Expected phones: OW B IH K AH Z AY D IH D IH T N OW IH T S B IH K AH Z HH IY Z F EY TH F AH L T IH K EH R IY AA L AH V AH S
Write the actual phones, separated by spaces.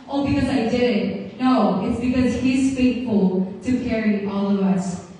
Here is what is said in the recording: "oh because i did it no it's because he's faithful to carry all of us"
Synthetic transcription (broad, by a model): OW B IH K AH Z AY D IH D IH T N OW IH T S B IH K AH Z HH IY Z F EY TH F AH L T IH K EH R IY AA L AH V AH S